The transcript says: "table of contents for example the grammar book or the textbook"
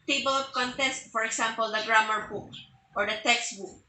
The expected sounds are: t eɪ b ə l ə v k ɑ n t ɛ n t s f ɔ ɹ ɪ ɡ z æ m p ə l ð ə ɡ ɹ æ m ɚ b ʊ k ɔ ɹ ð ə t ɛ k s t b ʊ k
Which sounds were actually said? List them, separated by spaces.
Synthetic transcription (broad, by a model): t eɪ b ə l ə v k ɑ n t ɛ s t f ɔ ɹ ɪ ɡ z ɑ m p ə l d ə ɡ ɹ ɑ m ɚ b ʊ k ɔ ɹ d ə t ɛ k s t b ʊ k